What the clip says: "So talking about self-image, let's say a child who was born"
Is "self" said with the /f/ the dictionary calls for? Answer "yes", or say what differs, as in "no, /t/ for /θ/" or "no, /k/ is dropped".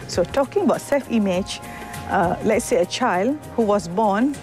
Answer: yes